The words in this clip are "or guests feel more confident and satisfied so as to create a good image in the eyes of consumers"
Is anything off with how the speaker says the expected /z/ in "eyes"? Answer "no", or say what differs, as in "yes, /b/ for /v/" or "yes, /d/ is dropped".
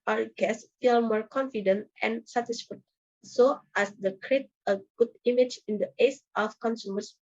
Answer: yes, /s/ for /z/